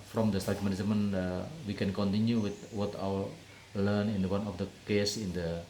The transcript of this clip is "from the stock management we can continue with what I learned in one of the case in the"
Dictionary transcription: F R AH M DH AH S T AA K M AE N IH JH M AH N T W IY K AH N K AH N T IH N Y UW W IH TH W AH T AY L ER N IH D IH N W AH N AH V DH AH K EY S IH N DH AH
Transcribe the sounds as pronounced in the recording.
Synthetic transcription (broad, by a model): F R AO M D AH S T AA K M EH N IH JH M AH N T W IY K AH N K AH N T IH N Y UW W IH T W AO T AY W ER L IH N IH N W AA N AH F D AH K EY S IH N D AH